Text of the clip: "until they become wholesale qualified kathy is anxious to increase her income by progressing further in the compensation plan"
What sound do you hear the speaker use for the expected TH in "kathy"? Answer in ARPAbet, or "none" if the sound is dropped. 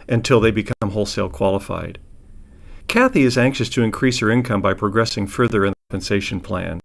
TH